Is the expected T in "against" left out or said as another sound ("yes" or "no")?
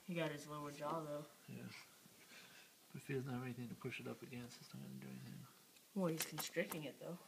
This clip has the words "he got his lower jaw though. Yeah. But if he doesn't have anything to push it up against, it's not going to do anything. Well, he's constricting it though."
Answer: yes